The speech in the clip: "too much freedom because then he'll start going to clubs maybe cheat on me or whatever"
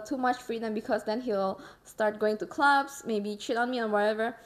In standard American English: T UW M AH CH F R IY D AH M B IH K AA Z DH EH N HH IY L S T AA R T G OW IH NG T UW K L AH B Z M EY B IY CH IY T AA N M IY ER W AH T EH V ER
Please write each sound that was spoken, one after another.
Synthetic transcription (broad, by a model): T UW M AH CH F R IY D AH M B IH K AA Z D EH N HH IY L S T AA R T G OW IH NG T UW K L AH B S M EY B IY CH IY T AA N M IY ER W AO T EH V ER